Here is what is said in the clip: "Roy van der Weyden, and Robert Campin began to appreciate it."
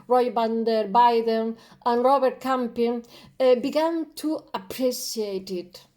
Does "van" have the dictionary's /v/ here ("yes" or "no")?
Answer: no